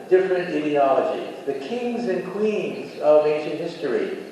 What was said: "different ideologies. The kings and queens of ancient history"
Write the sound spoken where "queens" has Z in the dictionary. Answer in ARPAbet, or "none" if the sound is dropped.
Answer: Z